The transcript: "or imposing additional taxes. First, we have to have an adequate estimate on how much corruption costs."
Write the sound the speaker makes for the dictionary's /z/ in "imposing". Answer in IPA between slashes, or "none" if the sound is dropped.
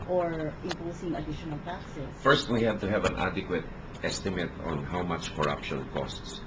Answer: /s/